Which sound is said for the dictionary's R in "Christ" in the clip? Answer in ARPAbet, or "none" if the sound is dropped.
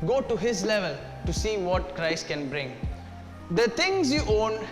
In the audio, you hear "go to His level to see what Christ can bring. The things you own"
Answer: R